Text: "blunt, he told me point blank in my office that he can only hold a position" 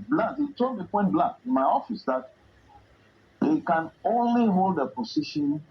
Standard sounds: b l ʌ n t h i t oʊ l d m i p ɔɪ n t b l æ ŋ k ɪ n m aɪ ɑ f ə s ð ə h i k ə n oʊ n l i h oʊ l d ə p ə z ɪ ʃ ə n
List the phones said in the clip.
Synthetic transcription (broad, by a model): b l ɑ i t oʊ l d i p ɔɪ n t b l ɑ k ɪ n m aɪ ɑ f ə s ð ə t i k ə n oʊ n l i h oʊ l d ə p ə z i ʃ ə n